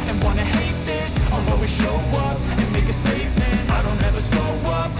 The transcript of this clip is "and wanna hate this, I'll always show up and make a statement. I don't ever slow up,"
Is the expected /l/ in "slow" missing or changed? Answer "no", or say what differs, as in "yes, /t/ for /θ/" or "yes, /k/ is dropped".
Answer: yes, /l/ is dropped